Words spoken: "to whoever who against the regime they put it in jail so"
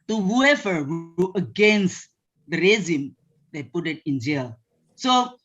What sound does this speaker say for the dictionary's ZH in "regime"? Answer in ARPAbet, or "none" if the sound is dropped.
Z